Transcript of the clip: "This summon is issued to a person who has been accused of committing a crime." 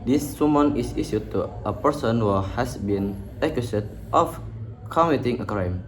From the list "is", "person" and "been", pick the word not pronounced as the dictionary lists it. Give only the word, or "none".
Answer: is